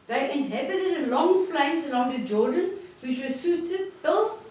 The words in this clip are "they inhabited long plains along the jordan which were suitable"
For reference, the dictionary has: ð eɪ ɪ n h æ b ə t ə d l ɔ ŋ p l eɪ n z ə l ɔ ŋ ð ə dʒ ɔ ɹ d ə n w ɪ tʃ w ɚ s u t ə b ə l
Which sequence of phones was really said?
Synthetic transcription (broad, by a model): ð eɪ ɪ n h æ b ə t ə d l ɔ ŋ f l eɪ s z ə l ɔ ŋ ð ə dʒ ɔ d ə n w ɪ tʃ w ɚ s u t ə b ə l